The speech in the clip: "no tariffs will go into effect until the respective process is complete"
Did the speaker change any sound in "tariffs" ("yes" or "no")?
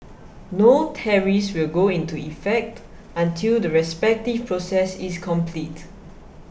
yes